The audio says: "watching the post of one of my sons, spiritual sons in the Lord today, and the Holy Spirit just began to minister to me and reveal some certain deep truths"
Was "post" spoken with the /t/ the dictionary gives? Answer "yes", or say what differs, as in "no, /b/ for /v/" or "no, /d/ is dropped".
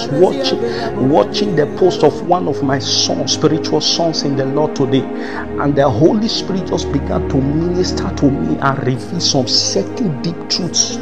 yes